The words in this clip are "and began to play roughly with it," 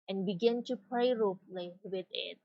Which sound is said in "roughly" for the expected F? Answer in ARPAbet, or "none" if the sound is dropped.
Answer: P